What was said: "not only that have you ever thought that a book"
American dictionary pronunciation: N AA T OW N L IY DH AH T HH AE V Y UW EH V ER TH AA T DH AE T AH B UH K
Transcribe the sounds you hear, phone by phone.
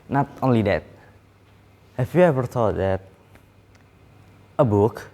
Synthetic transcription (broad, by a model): N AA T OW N L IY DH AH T HH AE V Y UW EH V ER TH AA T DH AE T AH B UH K